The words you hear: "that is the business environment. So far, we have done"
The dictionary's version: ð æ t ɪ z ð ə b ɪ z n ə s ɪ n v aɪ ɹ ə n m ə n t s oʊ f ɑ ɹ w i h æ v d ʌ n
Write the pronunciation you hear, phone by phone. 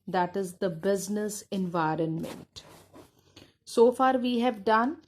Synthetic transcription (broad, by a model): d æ t ɪ z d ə b ɪ z n ə s ɪ n v aɪ ɹ ə n m ə n t s oʊ f ɑ ɹ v i h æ v d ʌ n